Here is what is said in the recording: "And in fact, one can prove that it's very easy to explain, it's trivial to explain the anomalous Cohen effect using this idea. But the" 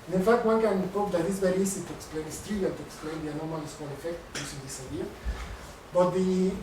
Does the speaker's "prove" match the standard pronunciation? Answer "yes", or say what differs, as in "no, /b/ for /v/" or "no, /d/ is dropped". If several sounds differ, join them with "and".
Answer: no, /ɹ/ is dropped